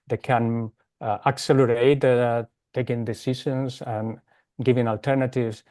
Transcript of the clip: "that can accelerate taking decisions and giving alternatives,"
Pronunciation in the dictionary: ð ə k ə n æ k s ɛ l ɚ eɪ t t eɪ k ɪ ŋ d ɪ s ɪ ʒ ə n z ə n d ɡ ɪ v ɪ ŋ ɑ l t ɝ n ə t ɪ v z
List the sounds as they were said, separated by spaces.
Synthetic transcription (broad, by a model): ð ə k ə n æ k s ɛ l ɚ eɪ t t eɪ k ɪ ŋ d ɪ s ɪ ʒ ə n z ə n ɡ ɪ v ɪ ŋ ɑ l t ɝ n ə t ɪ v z